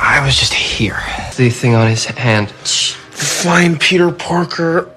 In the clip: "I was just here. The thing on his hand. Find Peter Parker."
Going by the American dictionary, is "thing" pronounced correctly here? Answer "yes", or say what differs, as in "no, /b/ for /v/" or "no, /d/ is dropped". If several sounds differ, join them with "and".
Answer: yes